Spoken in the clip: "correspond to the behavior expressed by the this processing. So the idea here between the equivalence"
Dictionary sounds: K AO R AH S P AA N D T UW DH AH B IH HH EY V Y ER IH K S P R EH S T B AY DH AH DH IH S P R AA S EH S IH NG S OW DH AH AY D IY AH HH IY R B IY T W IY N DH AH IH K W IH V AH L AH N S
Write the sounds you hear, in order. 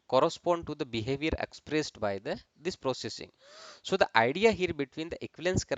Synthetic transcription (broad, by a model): K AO R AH S P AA N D T UW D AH B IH HH EY V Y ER IH K S P R EH S T B AY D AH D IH S P R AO S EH S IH NG S OW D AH AY D IY AH HH IY R B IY T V IY N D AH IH K V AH L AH N S